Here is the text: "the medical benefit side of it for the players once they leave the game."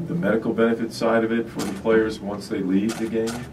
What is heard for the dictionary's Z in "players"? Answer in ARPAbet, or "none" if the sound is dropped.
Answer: Z